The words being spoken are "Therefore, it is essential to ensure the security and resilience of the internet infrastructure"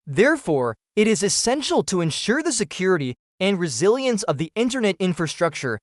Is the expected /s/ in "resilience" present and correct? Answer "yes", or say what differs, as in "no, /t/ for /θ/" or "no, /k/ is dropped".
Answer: yes